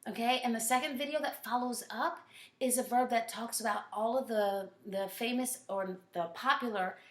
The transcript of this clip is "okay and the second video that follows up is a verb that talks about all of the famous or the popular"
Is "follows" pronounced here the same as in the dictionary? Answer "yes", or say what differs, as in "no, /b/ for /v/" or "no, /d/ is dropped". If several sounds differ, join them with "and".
yes